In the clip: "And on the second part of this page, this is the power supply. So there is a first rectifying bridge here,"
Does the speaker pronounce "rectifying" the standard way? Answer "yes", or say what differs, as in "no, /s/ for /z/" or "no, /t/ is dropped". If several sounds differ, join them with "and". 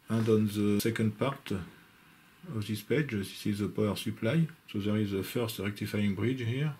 yes